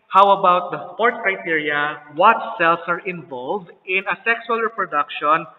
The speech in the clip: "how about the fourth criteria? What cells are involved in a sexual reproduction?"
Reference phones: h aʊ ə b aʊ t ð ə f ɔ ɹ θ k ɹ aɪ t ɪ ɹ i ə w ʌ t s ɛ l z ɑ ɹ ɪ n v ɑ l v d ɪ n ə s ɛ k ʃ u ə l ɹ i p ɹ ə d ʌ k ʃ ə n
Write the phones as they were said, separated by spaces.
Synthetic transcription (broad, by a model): h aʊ ə b aʊ t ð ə p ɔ ɹ t k ɹ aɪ t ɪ ɹ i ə w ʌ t s ɛ l s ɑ ɹ ɪ n v ɑ l v d ɪ n ə s ɛ k s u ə l ɹ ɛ p ɹ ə d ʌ k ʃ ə n